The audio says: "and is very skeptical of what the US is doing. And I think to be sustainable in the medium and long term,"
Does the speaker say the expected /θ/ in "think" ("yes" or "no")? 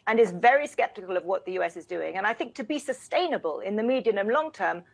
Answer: yes